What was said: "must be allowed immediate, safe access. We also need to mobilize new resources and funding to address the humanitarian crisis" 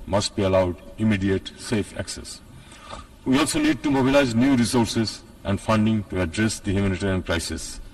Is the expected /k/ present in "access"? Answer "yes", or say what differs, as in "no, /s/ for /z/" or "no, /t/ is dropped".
yes